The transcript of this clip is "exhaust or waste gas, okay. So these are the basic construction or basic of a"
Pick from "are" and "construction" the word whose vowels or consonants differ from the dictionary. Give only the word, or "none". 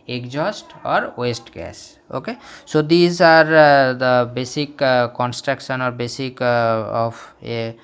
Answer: none